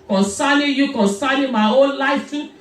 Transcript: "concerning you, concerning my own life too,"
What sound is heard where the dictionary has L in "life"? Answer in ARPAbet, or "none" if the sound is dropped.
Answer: L